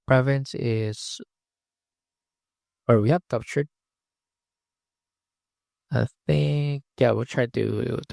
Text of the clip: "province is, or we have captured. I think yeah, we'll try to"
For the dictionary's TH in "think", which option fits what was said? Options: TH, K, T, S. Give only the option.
TH